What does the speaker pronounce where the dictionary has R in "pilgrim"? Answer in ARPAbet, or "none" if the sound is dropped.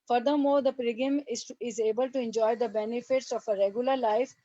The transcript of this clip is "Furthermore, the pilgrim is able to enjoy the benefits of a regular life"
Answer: none